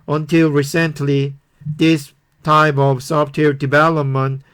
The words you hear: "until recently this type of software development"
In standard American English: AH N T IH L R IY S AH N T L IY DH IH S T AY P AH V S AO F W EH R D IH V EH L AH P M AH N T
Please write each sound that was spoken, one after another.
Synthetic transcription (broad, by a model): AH N T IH L R IY S AH N T L IY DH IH S T AY P AH V S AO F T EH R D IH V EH L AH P M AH N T